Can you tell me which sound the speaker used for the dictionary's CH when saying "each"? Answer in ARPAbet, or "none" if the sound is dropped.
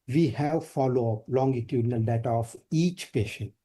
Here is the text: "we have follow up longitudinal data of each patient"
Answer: CH